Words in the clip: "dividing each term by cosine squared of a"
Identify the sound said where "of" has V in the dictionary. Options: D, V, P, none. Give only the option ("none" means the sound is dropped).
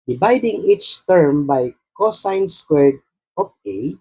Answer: P